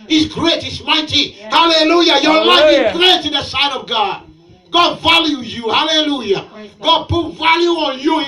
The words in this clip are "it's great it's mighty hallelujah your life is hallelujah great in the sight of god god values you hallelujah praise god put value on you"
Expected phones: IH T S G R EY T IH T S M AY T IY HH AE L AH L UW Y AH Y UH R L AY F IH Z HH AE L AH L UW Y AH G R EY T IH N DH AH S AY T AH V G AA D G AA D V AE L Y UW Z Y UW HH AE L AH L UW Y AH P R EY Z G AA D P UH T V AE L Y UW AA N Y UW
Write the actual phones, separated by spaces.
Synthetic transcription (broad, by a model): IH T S G R EY T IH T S M AY T IY HH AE L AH L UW Y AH Y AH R L AY F IH Z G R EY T IH N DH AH S AY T AH V G AA D G AA D V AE L Y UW Y UW HH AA L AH L UW Y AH G AA D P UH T V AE L Y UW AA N Y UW